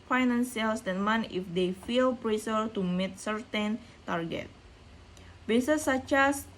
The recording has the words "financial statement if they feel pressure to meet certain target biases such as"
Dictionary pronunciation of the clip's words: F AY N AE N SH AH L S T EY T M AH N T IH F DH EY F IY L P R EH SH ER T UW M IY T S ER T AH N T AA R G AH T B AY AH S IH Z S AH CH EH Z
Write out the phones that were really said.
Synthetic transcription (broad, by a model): F AY N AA N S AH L S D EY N M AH N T IH F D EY F IY L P R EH S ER T UW M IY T S ER T AH N T AA R G AH T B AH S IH S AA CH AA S